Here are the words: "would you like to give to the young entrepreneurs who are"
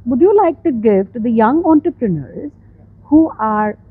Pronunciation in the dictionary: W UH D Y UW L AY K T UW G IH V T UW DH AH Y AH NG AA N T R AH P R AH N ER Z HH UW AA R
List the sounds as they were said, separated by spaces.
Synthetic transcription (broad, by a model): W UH D Y UW L AY K T UW G IH V T UW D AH Y AH NG AA N T R AH P R AH N ER Z HH UW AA R